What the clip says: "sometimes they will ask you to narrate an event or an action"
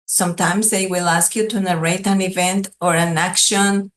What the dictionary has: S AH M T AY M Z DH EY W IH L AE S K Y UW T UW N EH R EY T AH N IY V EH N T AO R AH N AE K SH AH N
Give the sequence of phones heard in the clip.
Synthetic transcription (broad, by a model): S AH M T AY M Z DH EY W IH L AE S K Y UW T UW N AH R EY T AH N IY V EH N T AO R AH N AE K SH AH N